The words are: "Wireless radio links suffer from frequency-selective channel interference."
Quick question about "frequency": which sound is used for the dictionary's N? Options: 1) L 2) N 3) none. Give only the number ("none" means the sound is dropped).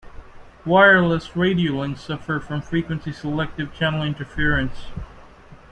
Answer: 2